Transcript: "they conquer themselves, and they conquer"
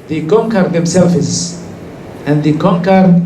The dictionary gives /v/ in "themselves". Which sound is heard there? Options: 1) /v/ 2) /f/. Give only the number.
2